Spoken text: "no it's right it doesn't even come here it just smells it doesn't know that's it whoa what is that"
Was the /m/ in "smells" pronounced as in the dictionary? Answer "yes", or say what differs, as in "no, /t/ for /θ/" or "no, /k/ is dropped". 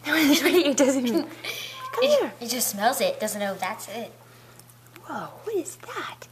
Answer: yes